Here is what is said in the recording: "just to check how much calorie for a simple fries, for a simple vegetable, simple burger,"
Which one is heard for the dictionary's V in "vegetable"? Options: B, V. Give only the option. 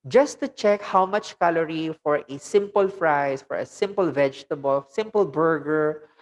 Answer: V